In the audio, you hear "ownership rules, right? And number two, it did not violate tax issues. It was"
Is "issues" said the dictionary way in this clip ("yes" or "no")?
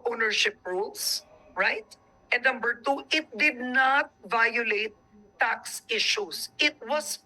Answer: no